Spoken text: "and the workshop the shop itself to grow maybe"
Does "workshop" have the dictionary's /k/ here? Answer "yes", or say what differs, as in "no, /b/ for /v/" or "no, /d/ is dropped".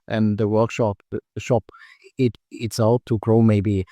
yes